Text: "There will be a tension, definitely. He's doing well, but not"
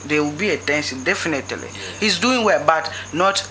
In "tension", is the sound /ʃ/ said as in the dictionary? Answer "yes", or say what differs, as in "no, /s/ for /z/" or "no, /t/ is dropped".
no, /s/ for /ʃ/